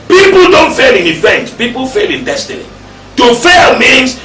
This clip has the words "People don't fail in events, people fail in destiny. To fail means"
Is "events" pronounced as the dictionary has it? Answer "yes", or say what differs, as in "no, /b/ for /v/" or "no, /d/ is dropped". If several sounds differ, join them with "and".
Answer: no, /s/ is dropped